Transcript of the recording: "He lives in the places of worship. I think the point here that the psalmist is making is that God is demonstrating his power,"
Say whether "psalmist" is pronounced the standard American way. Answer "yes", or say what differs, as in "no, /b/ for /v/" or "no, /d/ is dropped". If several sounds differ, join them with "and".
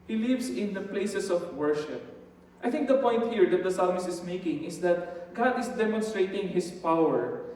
no, /t/ is dropped